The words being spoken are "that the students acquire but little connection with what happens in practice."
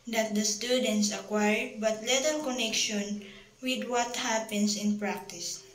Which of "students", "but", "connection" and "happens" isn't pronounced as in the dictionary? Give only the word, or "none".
happens